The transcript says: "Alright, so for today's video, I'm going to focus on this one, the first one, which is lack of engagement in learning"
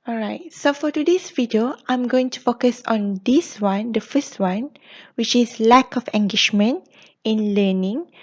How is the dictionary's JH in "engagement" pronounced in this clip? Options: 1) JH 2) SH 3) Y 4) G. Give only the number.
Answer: 2